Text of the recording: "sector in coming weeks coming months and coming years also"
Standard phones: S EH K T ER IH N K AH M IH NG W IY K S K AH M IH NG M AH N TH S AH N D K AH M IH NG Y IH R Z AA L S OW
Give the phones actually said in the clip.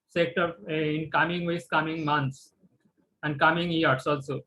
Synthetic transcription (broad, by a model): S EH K T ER IH N K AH M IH NG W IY S K AH M IH NG M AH N T S AH N D K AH M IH NG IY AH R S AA L S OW